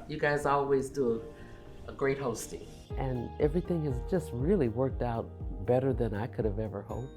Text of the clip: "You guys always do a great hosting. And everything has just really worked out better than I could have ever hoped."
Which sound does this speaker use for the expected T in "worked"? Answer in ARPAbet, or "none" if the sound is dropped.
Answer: T